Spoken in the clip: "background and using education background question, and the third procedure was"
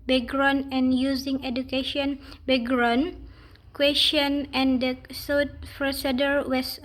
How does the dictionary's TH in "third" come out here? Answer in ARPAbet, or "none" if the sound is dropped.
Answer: S